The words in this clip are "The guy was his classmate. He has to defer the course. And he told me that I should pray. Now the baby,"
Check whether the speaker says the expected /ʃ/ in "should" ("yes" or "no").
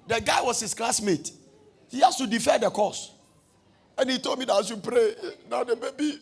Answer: no